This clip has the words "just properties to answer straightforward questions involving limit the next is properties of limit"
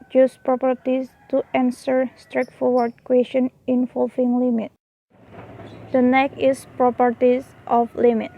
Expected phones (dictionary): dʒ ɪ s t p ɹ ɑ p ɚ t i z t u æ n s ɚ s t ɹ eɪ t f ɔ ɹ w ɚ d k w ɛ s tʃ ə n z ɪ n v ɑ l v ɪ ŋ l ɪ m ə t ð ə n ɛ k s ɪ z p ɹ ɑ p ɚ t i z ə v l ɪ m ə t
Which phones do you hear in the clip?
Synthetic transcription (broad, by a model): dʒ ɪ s p ɹ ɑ p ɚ t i s t u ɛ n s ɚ s t ɹ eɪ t f ɔ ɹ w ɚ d k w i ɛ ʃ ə n ɪ n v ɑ l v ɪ ŋ l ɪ m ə t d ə n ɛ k ɪ s p ɹ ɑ p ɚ t i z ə f l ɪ m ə t